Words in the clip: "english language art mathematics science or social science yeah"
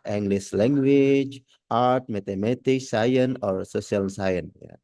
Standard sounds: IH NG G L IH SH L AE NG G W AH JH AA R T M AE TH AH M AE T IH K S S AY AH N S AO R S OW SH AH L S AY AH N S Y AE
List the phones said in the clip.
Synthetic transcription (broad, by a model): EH NG G L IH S L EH NG G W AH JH AA R T M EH T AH M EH T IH K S S AY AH N AO R S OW S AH L S AY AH N Y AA